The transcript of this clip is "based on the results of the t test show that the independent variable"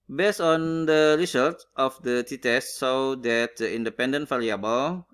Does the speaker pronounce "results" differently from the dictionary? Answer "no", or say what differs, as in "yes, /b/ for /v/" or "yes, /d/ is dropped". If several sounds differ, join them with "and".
yes, /s/ is dropped